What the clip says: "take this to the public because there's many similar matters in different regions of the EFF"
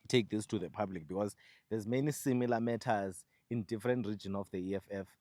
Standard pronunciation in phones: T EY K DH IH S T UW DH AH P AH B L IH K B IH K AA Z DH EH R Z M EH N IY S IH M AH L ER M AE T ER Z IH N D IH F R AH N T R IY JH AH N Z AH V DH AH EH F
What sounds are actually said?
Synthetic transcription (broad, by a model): T EY K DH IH S T UW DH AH P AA B L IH K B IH K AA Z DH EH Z M EH N IY S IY M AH L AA M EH T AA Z IH N D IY F R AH N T R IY JH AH N AH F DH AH EH F